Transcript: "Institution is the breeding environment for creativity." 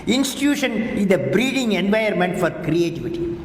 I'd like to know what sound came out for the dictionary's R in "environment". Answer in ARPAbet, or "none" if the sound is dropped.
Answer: none